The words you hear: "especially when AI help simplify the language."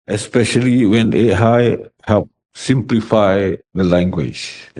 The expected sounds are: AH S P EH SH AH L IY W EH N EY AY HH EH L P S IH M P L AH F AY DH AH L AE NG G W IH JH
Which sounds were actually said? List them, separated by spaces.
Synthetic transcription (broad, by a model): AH S P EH SH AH L IY W EH N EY AY HH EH P S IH M P L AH F AY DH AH L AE NG G W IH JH